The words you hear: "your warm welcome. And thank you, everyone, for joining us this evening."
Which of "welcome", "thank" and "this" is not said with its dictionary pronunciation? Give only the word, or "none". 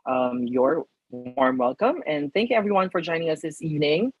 none